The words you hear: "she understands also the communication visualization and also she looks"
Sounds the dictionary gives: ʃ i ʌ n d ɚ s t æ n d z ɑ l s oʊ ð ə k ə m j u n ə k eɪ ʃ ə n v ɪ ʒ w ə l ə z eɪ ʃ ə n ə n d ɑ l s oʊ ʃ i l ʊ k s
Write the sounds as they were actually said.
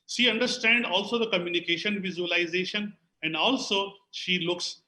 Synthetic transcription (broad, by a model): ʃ i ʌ n d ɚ s t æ n d ɑ l s oʊ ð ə k ə m j u n ə k eɪ ʃ ə n v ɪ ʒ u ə l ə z eɪ ʃ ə n ə n d ɑ l s oʊ ʃ i l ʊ k s